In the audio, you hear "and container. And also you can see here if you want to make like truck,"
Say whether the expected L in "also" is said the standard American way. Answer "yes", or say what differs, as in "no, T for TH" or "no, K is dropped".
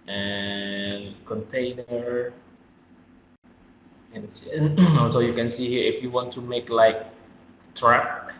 no, N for L